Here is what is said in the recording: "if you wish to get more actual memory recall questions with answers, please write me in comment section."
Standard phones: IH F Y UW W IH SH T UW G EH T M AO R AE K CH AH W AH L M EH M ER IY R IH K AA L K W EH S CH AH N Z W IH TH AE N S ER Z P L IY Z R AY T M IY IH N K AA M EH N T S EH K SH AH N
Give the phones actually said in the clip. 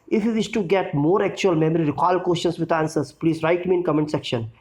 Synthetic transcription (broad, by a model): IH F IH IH S T UW G EH T M AO R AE K CH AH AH L M EH M ER IY R IH K AA L K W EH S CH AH N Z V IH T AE N S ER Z P L IY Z R AY T M IY IH N K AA M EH N T S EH K SH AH N